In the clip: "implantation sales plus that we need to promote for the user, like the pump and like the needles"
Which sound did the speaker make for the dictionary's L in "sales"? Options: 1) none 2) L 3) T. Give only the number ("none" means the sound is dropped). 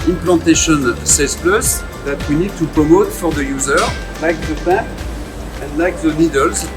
1